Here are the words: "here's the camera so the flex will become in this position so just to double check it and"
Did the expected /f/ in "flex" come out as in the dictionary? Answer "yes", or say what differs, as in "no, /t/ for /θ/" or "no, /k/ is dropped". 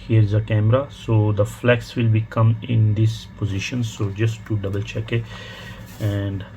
yes